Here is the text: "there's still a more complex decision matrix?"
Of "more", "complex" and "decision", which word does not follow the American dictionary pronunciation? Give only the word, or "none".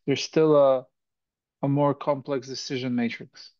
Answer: none